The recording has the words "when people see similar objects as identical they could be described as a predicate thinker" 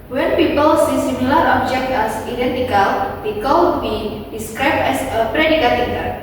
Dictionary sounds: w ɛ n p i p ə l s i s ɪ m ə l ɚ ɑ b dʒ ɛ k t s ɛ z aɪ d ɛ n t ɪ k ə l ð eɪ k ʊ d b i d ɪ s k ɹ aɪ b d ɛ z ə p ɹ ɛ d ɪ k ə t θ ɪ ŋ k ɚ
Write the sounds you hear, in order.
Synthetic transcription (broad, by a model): w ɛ n p i p ə l s i s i m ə l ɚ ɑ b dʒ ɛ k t ɛ s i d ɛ n t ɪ k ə l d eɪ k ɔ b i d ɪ s k ɹ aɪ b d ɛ s ə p ɹ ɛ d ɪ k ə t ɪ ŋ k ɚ